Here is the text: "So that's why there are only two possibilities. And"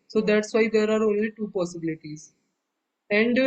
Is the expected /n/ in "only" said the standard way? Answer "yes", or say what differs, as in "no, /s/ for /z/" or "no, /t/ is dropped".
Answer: yes